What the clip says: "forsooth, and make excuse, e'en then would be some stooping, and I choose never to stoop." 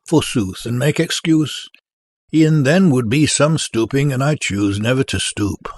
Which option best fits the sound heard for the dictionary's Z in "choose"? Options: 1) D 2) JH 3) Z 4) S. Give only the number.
3